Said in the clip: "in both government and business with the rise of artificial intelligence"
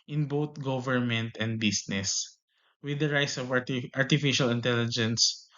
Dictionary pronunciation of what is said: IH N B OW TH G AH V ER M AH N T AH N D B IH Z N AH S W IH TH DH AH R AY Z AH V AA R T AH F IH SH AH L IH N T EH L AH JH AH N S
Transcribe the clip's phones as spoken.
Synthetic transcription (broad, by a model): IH N B OW T G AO V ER M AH N T AH N D B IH S N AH S W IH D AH R AY S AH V AA R T AH F IH SH AH L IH N T EH L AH JH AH N S